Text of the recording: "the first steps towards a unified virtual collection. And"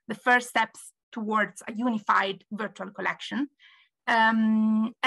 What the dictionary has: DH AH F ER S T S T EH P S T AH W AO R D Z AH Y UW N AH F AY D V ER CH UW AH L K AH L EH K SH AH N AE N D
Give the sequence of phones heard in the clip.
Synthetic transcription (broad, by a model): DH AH F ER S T S T EH P S T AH W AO R D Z AH Y UW N AH F AY D V ER CH UW AH L K AH L EH K SH AH N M